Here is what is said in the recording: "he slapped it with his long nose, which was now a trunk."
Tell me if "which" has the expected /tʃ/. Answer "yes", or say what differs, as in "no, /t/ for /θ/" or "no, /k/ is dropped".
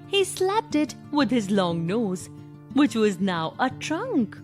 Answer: yes